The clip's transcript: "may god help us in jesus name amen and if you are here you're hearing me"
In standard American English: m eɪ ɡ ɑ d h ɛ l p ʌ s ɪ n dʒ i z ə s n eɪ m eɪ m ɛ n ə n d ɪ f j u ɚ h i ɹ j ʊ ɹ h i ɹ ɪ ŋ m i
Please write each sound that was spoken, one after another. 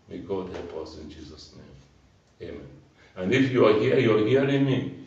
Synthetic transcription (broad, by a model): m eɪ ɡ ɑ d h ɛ p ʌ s ɪ n dʒ i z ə s n eɪ m eɪ m ɛ n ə n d ɪ f j u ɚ h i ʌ j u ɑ h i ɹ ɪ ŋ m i